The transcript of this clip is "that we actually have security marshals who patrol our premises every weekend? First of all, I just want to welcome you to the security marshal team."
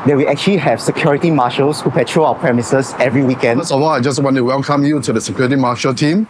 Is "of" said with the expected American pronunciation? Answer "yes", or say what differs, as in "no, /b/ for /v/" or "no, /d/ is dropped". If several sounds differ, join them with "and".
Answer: no, /w/ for /v/